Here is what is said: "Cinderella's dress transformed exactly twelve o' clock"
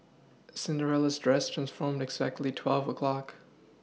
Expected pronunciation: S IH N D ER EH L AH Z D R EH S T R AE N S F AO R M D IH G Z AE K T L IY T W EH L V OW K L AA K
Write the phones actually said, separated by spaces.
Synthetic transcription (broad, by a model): S IH N D ER EH L AH Z D R EH S T R AE N S F AO R M D IH G Z AE K T L IY T W EH L V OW K L AA K